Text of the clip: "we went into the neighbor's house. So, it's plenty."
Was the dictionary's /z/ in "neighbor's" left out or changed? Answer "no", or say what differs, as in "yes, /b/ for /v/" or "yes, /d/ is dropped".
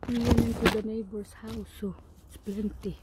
yes, /s/ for /z/